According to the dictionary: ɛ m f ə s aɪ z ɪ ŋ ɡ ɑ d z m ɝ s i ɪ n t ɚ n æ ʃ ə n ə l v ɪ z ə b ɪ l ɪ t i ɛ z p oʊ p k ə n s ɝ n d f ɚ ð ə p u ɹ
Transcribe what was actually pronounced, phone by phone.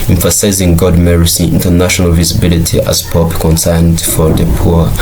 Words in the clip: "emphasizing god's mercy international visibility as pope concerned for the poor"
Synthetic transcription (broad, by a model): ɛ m f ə s aɪ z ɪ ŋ ɡ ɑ d m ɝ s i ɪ n t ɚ n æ ʃ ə n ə l v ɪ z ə b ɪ l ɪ t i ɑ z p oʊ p k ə n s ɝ n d f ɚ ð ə p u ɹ